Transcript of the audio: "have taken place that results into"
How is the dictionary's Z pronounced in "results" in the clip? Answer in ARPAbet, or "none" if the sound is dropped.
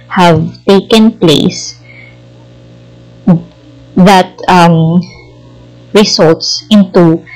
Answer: S